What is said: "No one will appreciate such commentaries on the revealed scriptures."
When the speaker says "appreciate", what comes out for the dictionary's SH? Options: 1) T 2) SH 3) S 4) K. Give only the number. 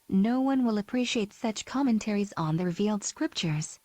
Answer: 2